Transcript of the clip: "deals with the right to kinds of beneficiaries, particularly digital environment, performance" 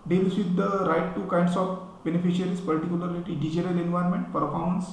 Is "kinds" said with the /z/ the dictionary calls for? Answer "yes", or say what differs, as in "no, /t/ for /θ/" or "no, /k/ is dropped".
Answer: no, /s/ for /z/